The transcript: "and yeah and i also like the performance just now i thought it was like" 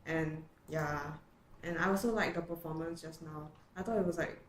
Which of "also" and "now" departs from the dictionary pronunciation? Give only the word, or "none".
also